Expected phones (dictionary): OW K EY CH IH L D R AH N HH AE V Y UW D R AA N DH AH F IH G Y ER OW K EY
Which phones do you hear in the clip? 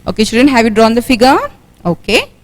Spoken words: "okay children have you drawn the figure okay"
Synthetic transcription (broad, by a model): OW K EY SH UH D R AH N HH AE V Y UW D R AA N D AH F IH G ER OW K EY